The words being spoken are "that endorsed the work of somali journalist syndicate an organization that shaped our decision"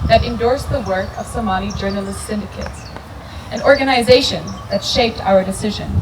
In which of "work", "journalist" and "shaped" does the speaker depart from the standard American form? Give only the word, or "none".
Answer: none